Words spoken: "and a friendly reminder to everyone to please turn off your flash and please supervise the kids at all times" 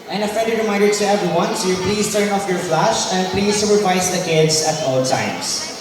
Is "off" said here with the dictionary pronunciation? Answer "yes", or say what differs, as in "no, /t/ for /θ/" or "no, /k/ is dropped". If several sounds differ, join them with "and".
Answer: yes